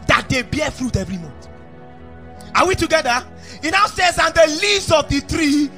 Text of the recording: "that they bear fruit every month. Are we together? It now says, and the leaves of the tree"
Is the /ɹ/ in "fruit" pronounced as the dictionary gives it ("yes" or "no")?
yes